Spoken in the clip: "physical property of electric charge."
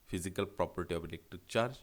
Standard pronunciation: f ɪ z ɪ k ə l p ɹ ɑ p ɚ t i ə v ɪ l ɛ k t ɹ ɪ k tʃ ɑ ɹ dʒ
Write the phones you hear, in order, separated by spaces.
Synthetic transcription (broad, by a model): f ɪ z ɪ k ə l p ɹ ɑ p ɚ t i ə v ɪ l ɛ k t ɪ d tʃ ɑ ɹ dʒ